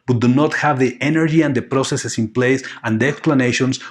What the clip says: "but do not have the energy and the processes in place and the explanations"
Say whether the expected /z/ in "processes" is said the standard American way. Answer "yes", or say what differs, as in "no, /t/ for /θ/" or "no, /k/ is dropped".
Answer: no, /s/ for /z/